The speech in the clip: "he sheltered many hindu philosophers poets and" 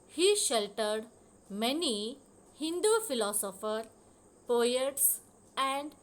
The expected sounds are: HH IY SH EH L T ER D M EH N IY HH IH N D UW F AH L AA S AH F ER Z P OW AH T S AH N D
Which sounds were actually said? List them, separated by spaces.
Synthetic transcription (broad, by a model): HH IY SH EH L T ER D M EH N IY HH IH N D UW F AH L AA S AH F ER P OW AH T S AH N D